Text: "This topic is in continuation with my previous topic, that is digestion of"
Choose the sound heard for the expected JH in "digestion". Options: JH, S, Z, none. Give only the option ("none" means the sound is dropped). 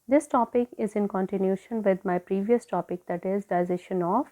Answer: Z